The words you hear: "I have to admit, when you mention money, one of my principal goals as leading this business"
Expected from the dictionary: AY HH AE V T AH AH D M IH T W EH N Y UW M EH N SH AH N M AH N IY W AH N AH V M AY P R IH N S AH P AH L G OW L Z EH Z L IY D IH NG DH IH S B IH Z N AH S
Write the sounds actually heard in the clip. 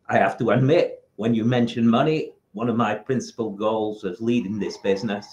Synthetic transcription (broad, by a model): AY HH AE F T AH AH D M IH T W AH N Y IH M EH N SH AH N M AH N IY W AH N AH V M AY P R IH N S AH P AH L G OW L Z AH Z L IY D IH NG DH IH S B IH Z N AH S